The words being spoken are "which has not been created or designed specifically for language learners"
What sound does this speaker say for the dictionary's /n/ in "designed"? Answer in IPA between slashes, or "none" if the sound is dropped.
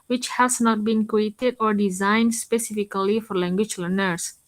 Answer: /n/